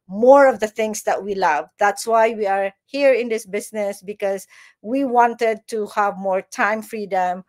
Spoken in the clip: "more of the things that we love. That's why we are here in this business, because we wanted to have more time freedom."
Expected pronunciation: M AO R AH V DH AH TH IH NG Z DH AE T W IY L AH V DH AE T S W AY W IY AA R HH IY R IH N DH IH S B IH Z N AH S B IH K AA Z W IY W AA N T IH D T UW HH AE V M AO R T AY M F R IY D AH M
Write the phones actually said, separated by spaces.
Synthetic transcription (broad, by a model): M AO R AH V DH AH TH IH NG S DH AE T W IY L AH V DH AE T S W AY W IY AA R HH IY R IH N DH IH S B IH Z N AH S B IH K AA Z W IY W AA N T IH D T UW HH AE V M AO R T AY M F R IY D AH M